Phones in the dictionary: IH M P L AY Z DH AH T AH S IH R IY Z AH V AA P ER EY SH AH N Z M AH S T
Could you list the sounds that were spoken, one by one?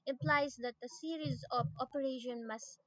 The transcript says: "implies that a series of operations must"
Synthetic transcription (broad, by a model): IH M P L AY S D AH T AH S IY R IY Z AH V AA P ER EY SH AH N M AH S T